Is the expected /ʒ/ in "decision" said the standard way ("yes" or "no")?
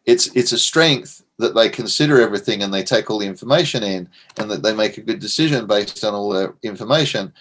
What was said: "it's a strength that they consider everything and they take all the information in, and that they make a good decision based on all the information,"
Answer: yes